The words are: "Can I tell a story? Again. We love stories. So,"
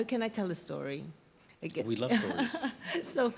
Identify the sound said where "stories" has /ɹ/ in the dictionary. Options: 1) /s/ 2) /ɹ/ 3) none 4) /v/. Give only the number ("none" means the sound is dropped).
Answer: 3